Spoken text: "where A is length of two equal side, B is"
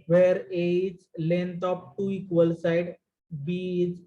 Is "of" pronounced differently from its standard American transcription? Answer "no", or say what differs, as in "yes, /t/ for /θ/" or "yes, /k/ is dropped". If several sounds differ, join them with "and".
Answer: yes, /p/ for /v/